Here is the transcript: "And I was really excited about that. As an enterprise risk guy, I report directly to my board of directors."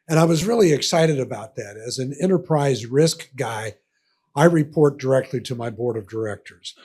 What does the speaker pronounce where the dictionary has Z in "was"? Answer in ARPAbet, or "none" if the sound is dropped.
Z